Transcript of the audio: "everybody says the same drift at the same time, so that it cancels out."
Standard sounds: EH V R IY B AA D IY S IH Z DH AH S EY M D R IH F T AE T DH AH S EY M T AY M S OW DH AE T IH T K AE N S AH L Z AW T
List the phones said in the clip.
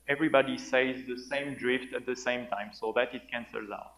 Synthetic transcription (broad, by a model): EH V R IY B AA D IY S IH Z DH AH S EY M D R IH F T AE T DH AH S EY M T AY M S OW DH AE T IH T K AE N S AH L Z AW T